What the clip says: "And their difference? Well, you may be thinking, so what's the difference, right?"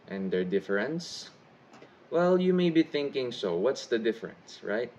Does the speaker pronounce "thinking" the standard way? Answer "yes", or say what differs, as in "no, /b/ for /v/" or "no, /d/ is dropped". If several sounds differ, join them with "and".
yes